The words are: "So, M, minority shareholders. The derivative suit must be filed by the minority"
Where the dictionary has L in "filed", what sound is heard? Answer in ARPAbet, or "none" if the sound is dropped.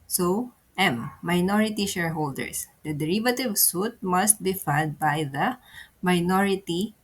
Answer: none